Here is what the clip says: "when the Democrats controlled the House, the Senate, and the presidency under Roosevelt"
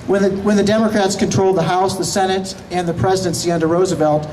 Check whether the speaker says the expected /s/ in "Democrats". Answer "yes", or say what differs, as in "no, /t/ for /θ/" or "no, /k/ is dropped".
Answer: yes